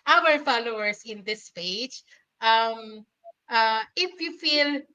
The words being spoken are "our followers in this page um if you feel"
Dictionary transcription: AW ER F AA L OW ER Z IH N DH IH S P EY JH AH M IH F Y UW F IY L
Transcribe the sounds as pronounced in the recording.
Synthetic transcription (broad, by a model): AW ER F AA L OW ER S IH N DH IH S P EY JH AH M IH F Y UW F IY L